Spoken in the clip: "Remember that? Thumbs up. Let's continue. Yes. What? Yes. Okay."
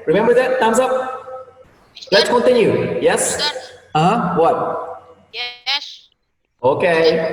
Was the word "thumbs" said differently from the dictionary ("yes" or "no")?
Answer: yes